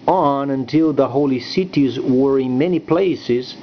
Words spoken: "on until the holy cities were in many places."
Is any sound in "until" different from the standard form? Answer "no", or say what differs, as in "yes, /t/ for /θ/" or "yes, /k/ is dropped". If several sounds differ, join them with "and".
no